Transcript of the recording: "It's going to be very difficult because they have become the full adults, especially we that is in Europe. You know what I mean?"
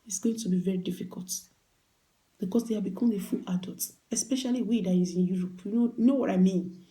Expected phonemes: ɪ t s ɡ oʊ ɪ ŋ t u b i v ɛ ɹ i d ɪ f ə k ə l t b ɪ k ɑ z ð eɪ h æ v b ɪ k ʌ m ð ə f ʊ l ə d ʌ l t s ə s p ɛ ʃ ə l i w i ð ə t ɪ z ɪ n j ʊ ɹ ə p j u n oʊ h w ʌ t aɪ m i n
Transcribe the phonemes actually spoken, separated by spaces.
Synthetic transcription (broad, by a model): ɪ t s ɡ oʊ ɪ ŋ t u b i v ɛ ɹ i d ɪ f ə k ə l t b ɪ k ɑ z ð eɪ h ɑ b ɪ k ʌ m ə f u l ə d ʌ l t ə s p ɛ ʃ ə l i w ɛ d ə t ɪ z ɪ n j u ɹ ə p j u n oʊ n w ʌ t aɪ m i n